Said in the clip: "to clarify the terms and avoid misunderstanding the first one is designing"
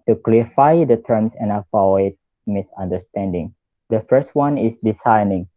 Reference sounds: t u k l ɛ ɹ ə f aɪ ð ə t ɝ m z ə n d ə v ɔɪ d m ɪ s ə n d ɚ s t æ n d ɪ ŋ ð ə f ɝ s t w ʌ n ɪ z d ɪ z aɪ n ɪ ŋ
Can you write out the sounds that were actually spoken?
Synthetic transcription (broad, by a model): t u k l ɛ ɹ f aɪ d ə t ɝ m s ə n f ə ɪ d m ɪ s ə n d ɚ s t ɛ n d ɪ ŋ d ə f ɝ s t w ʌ n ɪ s d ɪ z aɪ n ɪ ŋ